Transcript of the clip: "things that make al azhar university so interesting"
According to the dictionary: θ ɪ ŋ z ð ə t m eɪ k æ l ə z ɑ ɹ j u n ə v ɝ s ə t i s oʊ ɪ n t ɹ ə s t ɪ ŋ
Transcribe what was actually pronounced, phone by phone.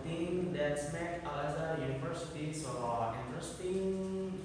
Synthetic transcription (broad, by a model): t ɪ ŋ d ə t m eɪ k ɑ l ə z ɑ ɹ j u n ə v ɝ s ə s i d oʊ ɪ n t ɹ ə s t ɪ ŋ